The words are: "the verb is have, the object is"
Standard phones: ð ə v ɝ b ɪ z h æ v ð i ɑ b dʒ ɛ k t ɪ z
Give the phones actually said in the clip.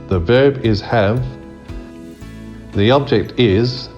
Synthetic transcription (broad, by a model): ð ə v ɝ b ɪ z h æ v ð i ɑ b dʒ ɛ k t ɪ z